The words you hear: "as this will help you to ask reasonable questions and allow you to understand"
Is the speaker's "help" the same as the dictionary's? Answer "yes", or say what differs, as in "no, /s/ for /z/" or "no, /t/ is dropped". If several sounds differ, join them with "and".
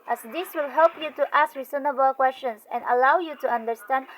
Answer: yes